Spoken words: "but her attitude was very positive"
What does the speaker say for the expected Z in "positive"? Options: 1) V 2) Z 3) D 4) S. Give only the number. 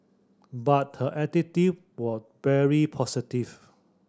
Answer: 4